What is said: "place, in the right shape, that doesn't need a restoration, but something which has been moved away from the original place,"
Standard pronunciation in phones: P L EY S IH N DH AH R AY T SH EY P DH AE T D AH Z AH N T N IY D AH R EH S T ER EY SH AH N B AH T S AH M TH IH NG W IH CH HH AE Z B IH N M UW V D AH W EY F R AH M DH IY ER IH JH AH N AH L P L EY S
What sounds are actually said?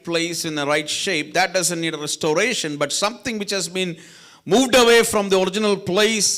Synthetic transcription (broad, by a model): P L EY S IH N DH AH R AY T SH EY P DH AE T D AH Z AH N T N IY D AH R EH S T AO EY SH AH N B AH T S AH M T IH NG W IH CH HH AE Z B IH N M UW V D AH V EY F R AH M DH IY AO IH JH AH N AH L P L EY S